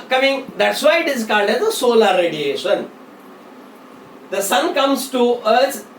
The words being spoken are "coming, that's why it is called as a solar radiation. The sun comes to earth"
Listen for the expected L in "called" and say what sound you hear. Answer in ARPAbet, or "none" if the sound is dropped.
N